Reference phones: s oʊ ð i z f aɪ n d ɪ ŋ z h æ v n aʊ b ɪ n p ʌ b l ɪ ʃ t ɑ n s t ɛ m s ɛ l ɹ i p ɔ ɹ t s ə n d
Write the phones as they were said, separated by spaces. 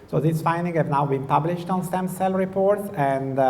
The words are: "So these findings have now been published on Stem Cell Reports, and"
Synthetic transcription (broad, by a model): s oʊ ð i s f aɪ n d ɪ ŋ h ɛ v n aʊ b ɪ n p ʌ b l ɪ ʃ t ɑ n s t ɛ m s ɛ l ɹ i p ɔ ɹ t s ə n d